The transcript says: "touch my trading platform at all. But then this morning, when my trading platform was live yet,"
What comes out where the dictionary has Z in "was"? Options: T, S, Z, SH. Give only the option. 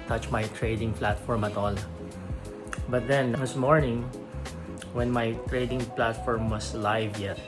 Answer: S